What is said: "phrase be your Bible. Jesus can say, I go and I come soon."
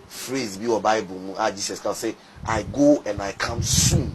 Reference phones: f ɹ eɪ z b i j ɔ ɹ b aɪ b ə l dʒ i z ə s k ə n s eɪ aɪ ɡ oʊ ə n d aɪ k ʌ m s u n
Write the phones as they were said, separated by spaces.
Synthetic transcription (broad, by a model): f ɹ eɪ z b i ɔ b aɪ b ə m dʒ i s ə s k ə s eɪ aɪ ɡ oʊ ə n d aɪ k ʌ m s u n